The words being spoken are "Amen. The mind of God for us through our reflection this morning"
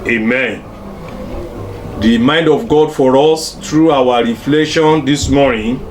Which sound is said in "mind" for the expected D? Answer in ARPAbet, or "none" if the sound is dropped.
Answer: D